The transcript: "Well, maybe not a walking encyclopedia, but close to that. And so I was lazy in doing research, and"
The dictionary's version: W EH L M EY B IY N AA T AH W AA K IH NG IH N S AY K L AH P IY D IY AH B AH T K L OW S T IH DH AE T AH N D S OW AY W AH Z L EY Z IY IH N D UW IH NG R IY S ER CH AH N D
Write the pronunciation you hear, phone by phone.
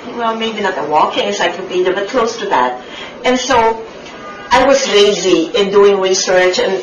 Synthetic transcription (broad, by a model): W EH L M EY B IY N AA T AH W AA K IH NG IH S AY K AH B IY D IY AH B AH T K L OW S T IH DH AE T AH N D S OW AY W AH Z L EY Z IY IH N D UW IH NG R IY S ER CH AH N